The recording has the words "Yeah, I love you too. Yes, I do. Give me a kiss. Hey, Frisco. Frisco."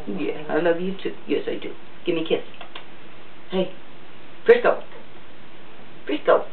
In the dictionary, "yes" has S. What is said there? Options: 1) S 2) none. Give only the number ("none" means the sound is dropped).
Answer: 1